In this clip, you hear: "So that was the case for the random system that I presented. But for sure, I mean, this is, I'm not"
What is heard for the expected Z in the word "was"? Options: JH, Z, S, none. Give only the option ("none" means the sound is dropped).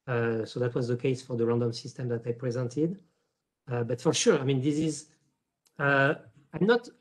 Z